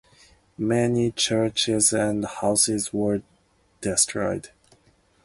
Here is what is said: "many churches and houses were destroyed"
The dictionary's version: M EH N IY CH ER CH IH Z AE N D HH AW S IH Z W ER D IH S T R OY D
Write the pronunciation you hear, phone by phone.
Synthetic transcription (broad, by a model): M EH N IY CH ER CH IH Z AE N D HH AW S IH Z W ER D IH S T R OY D